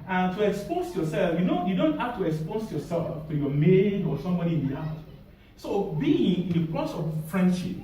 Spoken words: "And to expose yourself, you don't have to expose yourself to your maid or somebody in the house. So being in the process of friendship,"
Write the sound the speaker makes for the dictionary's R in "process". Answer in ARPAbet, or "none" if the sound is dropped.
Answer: L